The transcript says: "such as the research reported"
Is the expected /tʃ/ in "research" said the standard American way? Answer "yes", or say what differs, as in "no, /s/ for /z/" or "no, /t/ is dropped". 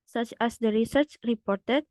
yes